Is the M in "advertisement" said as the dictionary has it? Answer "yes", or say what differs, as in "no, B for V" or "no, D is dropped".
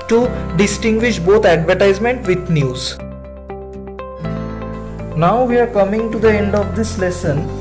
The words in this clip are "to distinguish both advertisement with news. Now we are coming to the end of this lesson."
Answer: yes